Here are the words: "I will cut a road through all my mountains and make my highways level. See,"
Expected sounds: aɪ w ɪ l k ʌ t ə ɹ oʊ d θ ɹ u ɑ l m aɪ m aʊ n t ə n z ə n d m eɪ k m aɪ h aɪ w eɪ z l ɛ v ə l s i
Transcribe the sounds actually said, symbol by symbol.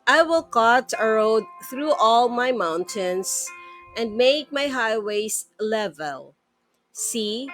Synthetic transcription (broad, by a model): aɪ w ɪ l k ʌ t ə ɹ oʊ d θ ɹ u ɑ l m aɪ m aʊ n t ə n s ə n d m eɪ k m aɪ h aɪ w eɪ s l ɛ v ə l s i